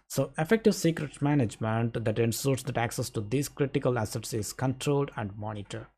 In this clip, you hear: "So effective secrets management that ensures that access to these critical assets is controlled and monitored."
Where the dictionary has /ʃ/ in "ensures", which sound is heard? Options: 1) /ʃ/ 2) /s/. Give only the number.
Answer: 2